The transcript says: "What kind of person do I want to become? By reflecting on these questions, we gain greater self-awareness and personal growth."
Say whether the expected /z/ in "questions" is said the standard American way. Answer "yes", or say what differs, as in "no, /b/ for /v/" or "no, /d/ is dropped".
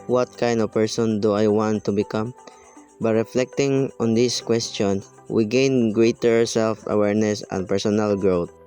no, /z/ is dropped